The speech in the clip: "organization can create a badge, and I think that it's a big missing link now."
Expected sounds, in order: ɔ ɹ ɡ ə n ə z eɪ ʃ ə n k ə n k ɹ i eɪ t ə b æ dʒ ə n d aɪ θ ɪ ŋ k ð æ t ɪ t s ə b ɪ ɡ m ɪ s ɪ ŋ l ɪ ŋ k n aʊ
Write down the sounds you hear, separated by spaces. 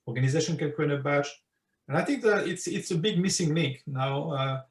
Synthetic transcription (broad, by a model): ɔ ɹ ɡ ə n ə z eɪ ʃ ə n k ə n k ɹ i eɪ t ə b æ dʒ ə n aɪ θ ɪ ŋ k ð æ t ɪ t s ə b ɪ ɡ m ɪ s ɪ ŋ l ɪ ŋ k n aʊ